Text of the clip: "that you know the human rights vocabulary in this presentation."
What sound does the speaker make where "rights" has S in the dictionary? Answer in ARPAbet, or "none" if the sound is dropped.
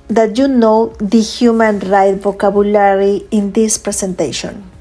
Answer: none